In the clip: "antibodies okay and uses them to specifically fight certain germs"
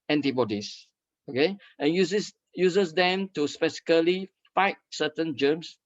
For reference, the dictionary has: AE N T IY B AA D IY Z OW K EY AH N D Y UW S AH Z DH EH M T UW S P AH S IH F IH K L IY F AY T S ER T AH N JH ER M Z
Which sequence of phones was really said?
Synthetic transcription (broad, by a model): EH N T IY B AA D IY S OW K EY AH N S Y UW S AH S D EH M T UW S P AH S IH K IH L IY F AY T S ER T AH N JH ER M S